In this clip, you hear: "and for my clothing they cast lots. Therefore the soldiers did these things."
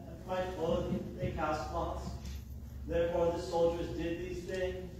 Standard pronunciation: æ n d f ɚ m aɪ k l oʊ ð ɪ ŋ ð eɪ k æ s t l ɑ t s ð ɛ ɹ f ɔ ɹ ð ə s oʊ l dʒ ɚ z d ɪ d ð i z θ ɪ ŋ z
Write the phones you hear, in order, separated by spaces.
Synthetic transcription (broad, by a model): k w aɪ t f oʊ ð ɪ ð eɪ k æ s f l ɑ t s ð ɛ ɹ f ɔ ɹ ð ə s oʊ l dʒ ɚ z d ɪ d ð i z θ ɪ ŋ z